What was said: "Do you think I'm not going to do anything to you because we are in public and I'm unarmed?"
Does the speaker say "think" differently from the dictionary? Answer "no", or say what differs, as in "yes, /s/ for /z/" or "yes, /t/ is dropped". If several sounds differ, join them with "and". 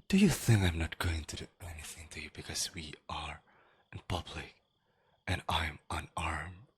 no